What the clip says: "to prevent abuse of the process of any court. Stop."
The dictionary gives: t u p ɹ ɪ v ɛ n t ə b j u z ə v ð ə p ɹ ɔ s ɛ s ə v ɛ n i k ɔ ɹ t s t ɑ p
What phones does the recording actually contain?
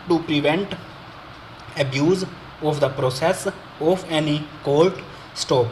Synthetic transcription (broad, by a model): t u p ɹ ɪ v ɛ n t ə b j u z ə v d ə p ɹ ɔ s ɛ s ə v ɛ n i k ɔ l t s t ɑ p